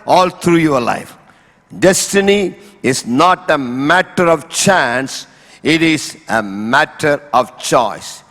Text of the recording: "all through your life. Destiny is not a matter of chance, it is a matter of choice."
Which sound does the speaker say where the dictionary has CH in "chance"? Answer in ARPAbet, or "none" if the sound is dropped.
CH